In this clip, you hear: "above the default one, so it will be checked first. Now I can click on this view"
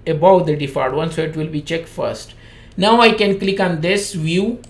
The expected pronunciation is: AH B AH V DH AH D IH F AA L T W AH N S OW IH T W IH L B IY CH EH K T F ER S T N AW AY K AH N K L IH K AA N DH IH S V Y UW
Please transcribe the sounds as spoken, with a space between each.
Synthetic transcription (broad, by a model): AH B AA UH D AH D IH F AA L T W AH N S OW IH T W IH L B IY CH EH K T F ER S T N AW AY K AH N K L IH K AA N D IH S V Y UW